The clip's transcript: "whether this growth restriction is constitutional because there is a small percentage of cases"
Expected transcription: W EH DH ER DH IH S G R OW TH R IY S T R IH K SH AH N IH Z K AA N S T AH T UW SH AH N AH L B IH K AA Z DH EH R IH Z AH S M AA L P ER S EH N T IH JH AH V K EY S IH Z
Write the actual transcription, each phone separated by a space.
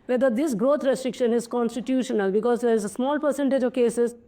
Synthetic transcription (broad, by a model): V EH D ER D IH S G R OW T R IY S T R IH K SH AH N IH Z K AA N S T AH T UW SH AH N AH L B IH K AA Z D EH R IH Z AH S M AA L P ER S EH N T IH JH AH V K EY S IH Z